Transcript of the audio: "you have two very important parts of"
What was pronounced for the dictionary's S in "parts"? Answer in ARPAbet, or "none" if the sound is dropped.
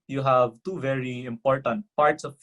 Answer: S